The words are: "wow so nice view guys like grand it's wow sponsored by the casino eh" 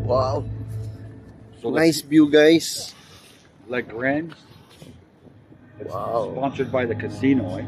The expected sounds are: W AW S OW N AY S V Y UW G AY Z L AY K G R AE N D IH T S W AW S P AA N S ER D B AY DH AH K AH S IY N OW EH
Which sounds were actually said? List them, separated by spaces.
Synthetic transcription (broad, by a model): W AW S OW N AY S B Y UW G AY S L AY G R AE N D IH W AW S P AA N S ER D B AY DH AH K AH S IY N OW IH